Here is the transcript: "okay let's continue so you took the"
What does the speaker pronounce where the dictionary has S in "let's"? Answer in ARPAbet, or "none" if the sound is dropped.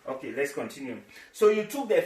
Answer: S